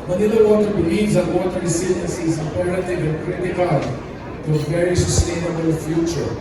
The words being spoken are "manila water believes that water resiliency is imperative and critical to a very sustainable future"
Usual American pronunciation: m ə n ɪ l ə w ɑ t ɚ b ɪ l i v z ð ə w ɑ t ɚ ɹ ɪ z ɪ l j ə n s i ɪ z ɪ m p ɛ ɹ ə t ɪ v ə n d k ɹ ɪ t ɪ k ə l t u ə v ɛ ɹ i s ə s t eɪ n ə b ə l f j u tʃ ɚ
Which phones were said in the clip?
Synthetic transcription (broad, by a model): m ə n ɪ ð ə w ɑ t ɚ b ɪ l i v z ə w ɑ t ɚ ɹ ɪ s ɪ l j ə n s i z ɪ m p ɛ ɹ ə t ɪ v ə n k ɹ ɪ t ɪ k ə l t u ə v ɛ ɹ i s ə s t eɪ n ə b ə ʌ f j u tʃ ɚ